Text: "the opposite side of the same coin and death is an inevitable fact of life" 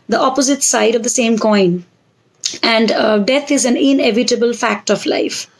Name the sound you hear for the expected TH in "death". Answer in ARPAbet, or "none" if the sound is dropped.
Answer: T